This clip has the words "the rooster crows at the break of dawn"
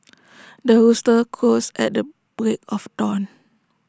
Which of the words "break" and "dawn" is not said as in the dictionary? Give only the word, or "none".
none